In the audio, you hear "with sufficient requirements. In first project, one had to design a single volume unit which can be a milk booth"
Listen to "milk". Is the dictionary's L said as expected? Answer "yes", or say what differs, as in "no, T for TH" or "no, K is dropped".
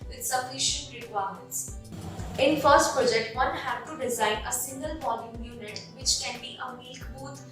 no, L is dropped